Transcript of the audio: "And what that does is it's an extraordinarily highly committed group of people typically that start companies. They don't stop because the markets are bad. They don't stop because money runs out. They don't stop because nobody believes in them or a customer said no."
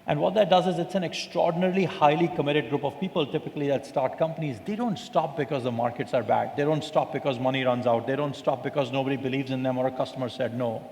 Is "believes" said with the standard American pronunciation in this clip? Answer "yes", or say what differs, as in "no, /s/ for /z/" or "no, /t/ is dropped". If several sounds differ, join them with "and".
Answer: yes